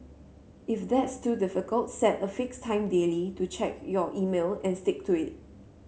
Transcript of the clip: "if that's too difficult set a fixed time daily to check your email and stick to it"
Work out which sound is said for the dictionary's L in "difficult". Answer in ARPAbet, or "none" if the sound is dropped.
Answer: L